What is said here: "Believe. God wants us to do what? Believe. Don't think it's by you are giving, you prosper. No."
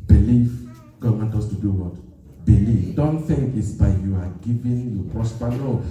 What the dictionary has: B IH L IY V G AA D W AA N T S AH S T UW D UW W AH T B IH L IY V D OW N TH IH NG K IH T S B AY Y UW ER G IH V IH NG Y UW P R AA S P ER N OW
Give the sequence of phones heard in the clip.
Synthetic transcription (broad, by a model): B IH L IY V G AA D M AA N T AH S T UW D UW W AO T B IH L IY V D OW N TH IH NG K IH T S B AY Y UW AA G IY V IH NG Y UW P R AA S P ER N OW